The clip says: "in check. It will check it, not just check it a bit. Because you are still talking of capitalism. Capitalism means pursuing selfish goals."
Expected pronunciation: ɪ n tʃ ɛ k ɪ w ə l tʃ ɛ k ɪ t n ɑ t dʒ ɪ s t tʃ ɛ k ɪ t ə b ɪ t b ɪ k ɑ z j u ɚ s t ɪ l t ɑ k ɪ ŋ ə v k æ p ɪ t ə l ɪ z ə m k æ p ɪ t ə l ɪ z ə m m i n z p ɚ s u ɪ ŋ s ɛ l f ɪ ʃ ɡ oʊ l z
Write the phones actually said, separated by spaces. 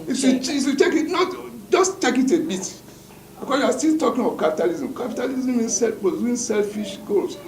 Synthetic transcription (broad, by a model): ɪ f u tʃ ɪ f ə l tʃ ɛ k ɪ t n ɑ t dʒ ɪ s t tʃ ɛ k ɪ t ə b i t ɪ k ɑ j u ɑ s t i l t ɑ k ɪ ŋ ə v k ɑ p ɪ t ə l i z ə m k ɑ p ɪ t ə l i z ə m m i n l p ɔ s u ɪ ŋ s ɛ l f ɪ ʃ ɡ oʊ l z